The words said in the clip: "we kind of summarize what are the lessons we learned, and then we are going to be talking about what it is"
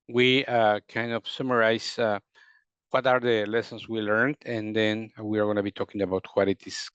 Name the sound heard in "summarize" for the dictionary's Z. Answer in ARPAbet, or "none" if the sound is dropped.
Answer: S